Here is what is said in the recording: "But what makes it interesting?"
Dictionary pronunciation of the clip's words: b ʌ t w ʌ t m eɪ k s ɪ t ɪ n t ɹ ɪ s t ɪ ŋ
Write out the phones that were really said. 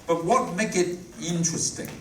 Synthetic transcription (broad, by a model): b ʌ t w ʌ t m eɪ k ɪ t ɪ n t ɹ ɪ s t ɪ ŋ